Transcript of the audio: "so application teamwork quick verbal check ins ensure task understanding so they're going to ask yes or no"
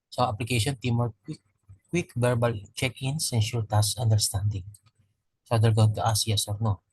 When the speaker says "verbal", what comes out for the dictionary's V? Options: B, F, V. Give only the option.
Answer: B